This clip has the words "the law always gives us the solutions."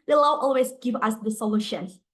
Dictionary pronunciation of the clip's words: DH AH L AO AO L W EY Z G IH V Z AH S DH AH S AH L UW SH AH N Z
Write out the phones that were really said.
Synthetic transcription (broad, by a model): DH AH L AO AO L W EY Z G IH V AH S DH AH S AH L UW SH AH N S